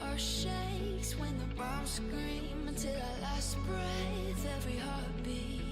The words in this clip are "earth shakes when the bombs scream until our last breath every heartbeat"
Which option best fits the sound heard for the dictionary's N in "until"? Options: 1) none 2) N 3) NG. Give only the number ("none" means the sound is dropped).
2